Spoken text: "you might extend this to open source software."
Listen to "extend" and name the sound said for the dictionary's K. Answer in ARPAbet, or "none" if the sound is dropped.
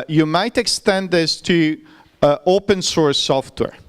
K